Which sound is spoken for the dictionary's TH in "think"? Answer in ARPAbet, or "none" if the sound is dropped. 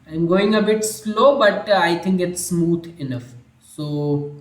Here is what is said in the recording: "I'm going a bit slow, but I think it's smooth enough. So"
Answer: T